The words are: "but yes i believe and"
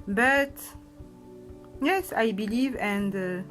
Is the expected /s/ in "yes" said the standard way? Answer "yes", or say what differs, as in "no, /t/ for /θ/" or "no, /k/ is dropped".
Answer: yes